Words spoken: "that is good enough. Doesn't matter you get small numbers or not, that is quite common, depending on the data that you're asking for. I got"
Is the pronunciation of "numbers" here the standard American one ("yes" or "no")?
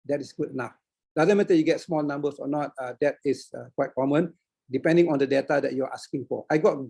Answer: no